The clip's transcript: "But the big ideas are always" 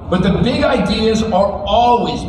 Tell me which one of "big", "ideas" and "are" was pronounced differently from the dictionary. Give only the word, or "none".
none